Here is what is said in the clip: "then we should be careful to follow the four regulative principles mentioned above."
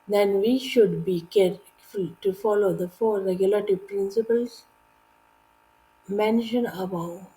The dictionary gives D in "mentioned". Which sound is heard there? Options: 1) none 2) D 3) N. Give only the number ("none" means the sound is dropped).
1